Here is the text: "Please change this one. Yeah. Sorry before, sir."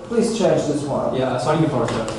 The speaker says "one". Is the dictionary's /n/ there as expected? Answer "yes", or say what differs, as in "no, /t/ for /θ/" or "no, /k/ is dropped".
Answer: no, /l/ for /n/